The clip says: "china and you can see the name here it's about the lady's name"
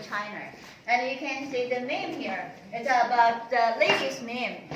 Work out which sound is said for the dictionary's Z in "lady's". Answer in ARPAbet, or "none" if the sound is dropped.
S